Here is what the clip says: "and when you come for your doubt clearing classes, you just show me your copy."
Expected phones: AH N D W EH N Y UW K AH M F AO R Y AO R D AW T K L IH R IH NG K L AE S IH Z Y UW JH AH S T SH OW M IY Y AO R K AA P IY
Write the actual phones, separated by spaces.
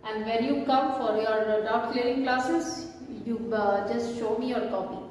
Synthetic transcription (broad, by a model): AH N D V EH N Y UW K AH M F AO R Y AO R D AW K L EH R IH NG K L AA S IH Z Y UW JH AH S T SH OW M IY Y AO R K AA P IY